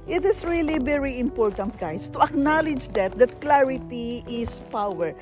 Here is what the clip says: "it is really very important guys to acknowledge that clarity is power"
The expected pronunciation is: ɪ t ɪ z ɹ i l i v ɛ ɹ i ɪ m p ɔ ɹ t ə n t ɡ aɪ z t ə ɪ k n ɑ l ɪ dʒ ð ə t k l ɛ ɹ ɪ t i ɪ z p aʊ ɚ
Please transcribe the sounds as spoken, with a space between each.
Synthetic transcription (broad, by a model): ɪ t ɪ s ɹ i l i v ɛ ɹ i ɪ m p ɔ ɹ t ə n t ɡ aɪ s t ə ɪ k n ɑ l ɪ dʒ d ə t k l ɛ ɹ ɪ t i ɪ s p aʊ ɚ